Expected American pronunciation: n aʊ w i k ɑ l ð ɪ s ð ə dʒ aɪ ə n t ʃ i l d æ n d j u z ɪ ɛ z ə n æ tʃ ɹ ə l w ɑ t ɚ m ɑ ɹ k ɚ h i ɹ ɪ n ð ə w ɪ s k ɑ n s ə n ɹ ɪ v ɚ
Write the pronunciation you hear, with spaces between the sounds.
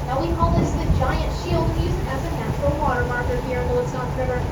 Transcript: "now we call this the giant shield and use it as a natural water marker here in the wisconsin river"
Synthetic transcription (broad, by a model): n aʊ w i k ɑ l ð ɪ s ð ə dʒ aɪ ə n t ʃ i l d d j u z ɪ z ə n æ tʃ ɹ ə l w ɑ t ɚ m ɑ ɹ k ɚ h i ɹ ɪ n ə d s ɑ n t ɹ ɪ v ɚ